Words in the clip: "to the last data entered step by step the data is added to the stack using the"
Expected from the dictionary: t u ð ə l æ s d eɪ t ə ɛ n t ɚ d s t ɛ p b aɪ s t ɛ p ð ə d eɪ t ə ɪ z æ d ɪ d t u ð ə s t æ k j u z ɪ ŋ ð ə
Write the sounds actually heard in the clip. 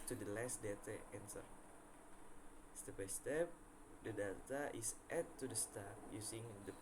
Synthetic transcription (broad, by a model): t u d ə l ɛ s d eɪ t ə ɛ n s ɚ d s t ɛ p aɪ s t ɛ p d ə d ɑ t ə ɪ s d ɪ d t u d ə s t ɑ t j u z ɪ ŋ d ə